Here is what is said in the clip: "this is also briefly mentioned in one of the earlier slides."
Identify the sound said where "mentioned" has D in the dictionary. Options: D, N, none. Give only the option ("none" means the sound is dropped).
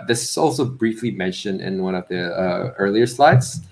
D